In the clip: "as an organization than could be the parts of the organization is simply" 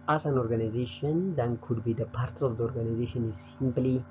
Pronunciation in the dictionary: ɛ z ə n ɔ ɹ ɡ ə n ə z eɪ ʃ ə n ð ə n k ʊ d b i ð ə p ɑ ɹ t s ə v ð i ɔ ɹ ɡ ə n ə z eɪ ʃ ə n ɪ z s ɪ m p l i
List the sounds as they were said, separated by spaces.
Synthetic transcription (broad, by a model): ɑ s ə n ɔ ɹ ɡ ə n ə z eɪ ʃ ə n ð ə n k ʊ d b i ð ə p ɑ ɹ t s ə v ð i ɔ ɹ ɡ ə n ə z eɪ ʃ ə n ɪ z s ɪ m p l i